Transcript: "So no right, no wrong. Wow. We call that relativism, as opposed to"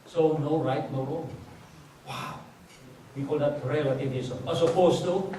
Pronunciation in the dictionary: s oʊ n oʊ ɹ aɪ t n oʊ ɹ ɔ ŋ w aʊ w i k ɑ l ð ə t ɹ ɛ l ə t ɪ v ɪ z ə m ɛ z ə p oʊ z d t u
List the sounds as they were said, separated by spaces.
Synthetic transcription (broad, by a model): s oʊ n oʊ ɹ aɪ t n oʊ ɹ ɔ w aʊ w i k ɑ l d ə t ɹ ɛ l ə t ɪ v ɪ s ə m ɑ s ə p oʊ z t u